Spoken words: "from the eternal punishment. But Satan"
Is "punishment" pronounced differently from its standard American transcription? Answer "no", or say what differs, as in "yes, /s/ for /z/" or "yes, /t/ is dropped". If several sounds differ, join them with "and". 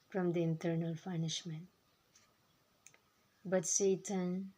yes, /f/ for /p/